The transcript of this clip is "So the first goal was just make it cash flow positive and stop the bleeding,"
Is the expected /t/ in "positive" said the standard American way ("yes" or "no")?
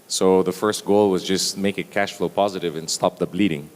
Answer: yes